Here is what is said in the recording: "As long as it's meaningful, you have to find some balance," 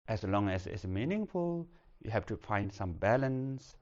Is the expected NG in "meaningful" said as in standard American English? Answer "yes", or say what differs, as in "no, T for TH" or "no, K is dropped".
yes